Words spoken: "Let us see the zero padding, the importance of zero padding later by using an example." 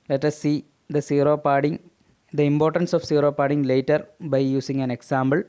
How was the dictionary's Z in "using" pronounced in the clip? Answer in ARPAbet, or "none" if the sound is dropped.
S